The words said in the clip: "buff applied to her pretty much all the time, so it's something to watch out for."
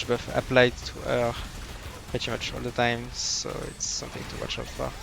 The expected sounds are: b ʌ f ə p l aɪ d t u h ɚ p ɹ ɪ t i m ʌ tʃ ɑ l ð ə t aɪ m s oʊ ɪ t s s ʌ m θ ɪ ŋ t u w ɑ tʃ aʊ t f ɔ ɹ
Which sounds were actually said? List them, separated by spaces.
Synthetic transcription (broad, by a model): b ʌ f ə p l aɪ d t u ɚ p ɹ ɪ t i m ʌ tʃ ɑ l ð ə t aɪ m s oʊ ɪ t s s ʌ m θ ɪ ŋ t u w ɑ tʃ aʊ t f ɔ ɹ